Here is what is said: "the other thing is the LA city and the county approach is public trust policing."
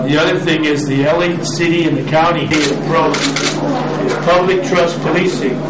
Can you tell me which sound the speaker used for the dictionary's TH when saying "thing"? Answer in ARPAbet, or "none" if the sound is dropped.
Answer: TH